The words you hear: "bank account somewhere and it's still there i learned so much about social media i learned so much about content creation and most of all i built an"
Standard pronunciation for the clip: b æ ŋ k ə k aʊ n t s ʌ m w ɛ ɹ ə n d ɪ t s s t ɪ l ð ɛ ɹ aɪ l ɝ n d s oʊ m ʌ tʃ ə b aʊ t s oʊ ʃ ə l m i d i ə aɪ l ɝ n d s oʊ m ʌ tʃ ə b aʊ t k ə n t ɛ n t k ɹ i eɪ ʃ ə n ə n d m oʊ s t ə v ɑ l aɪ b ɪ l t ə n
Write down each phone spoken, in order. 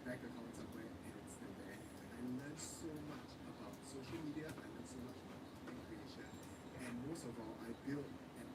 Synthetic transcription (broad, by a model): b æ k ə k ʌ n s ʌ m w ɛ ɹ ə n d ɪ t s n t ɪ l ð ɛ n aɪ l ɝ n s oʊ m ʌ tʃ ə b aʊ t s oʊ ʃ ə l m i d i ə aɪ l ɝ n s oʊ m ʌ tʃ ə b aʊ t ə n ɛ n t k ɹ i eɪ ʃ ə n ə n m oʊ s t ə v ɑ l aɪ b ɪ l t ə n